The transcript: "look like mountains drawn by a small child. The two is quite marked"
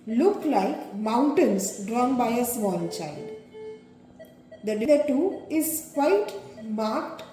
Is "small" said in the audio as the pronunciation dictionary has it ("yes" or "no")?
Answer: no